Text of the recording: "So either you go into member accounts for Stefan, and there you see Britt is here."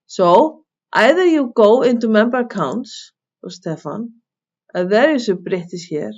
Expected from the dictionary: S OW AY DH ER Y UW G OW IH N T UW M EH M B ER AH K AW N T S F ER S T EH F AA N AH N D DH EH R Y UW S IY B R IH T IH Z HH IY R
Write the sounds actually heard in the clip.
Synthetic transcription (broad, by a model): S OW AY DH ER Y UW G OW IH N T UW M EH M B ER AH K AW N T S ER S T EH F AA N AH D DH EH R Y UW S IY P R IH T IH S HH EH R